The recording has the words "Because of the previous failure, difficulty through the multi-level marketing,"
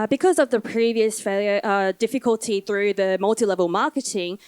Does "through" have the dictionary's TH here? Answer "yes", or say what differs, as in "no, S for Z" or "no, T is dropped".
yes